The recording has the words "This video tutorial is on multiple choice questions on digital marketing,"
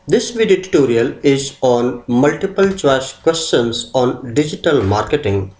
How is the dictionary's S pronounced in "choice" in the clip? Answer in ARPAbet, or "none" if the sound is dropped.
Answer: SH